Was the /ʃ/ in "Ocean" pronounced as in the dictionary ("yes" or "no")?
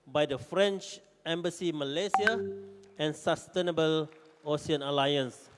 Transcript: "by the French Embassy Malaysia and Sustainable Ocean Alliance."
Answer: no